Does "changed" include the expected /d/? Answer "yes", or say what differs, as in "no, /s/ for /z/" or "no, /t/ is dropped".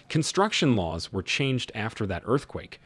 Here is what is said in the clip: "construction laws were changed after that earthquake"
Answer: yes